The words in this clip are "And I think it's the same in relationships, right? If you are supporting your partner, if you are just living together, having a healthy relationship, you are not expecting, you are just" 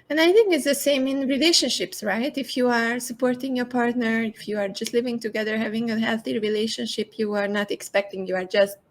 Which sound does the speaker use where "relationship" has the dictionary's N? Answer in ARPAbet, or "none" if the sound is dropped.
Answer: N